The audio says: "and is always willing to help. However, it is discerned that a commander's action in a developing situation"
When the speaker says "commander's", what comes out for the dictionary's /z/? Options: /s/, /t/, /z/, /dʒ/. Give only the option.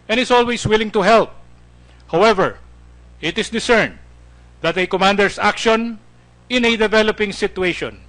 /s/